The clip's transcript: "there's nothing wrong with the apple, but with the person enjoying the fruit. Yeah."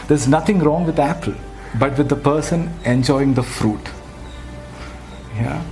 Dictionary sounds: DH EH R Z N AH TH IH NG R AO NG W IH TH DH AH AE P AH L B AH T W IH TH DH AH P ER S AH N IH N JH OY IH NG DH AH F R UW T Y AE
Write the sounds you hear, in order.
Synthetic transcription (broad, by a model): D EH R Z N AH T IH NG R AO NG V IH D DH AE P AH L B AH T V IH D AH P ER S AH N IH N JH OY IH NG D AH F R UW T Y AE